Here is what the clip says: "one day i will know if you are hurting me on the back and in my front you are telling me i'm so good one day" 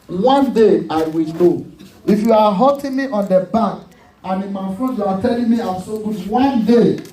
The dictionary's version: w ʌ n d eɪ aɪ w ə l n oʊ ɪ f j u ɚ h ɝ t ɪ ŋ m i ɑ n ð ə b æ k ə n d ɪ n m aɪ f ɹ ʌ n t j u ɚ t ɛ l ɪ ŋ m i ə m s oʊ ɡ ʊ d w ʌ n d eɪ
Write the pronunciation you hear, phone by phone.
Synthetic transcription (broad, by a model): w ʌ n d eɪ aɪ w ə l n oʊ ɪ f j u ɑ h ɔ t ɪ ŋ m i ɑ n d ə b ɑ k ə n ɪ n m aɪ f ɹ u t j u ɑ t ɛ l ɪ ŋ m i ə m s oʊ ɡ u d w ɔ n d eɪ